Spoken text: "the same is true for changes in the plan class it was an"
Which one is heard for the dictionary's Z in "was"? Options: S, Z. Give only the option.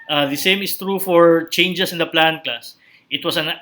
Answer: S